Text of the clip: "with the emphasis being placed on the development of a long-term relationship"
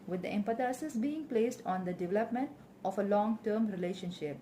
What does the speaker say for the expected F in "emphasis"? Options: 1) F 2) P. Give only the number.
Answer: 2